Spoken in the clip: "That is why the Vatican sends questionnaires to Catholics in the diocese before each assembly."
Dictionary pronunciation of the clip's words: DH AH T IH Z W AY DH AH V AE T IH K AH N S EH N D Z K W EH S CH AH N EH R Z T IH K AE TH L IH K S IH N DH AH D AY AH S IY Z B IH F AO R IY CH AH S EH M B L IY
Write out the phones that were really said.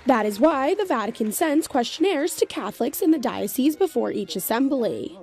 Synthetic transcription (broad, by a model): DH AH T IH Z W AY DH AH V AE T IH K AH N S EH N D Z K W EH S CH AH N EH R Z T IH K AE TH L IH K S IH N DH AH D AY AH S IY Z B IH F AO R IY CH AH S EH M B L IY